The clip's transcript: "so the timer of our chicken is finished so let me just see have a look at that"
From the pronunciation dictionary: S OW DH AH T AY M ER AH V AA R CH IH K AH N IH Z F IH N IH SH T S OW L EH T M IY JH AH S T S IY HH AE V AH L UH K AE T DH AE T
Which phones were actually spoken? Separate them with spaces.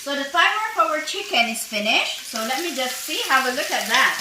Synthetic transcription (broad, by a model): S OW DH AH S AY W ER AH W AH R CH IH K AH N IH Z F IH N IH SH T S OW L EH T M IY JH AH S T S IY HH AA W AH L UH K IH T DH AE T